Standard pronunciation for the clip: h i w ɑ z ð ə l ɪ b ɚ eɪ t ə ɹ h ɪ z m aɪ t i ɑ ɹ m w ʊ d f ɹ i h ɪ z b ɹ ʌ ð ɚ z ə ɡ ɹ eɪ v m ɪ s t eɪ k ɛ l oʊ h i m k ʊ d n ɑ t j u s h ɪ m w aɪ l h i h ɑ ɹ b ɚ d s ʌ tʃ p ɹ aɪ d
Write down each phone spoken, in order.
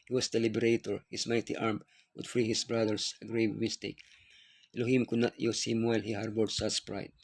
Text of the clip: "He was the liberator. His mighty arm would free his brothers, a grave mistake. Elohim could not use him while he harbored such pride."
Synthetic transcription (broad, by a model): h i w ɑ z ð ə l ɪ b ɚ eɪ t ə ɹ h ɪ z m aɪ t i ɑ ɹ m w ʊ d f ɹ i h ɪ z b ɹ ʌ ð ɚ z ə ɡ ɹ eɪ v m ɪ s t eɪ k l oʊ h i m k ʊ d n ɑ t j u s h ɪ m w aɪ l h i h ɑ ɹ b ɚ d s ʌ s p ɹ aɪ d